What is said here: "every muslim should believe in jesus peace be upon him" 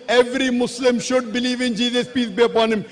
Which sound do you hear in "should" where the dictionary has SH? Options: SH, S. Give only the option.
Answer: SH